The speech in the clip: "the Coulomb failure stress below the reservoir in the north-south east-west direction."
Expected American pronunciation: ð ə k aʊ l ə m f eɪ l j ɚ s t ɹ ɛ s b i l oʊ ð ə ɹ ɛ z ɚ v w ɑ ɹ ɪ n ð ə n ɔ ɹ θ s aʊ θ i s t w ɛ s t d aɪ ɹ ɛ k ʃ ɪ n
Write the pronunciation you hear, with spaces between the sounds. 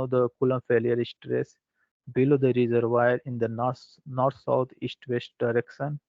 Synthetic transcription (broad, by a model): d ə k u l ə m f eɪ l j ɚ s t ɹ ɛ s b i l oʊ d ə ɹ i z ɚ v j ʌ ɹ ɪ n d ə n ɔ ɹ t s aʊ t i s t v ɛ s t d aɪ ɹ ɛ k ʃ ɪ n